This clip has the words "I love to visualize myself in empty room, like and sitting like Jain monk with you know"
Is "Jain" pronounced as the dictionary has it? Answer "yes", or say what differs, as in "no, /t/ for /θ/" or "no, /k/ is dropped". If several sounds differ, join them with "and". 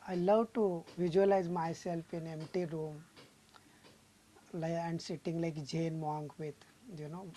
yes